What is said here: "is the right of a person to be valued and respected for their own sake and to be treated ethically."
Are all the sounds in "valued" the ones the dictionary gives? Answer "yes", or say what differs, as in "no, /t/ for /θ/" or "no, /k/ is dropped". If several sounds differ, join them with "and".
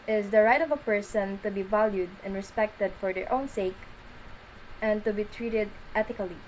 yes